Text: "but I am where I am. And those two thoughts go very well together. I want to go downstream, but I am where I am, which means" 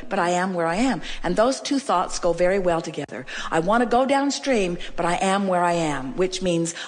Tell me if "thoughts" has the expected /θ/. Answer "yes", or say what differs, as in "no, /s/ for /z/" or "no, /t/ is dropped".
yes